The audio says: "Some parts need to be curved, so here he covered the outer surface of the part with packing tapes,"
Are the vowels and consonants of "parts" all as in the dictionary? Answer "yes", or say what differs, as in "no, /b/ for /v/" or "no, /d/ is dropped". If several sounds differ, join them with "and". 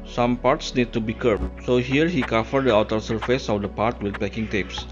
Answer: yes